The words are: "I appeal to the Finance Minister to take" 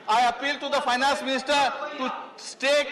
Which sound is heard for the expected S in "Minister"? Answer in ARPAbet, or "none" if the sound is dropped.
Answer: S